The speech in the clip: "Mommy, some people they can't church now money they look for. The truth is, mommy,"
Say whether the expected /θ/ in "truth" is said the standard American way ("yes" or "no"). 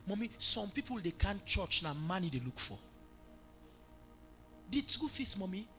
no